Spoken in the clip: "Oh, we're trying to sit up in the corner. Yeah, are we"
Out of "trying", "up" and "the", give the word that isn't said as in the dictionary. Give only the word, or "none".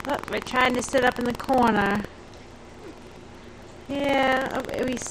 none